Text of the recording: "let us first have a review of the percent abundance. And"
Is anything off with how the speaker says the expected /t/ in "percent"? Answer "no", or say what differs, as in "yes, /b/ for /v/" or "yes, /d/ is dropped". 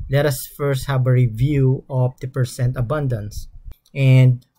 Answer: no